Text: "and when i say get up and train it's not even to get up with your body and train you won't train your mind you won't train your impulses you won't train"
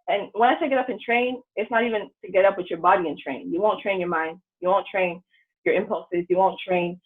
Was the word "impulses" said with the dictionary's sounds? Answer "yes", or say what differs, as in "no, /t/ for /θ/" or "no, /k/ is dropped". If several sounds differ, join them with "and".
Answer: yes